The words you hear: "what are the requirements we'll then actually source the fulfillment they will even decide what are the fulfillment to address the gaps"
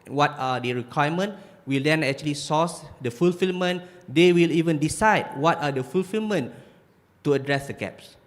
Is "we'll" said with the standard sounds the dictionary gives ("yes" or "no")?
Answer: yes